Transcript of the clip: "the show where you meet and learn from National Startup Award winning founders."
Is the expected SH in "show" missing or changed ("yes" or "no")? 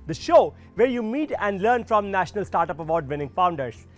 no